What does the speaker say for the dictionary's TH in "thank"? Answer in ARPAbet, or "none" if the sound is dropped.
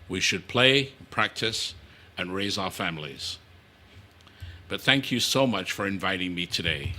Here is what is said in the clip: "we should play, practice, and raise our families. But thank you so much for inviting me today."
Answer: TH